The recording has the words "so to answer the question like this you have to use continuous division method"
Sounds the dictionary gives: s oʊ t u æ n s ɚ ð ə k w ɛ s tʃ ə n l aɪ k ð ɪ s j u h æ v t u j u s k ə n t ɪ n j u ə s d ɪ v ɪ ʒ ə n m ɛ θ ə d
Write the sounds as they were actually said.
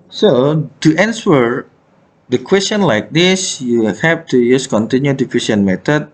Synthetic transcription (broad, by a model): s oʊ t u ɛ n s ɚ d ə k w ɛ s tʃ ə n l aɪ k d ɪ s j u h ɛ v t u j u s k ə n t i n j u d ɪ f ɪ ʃ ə n m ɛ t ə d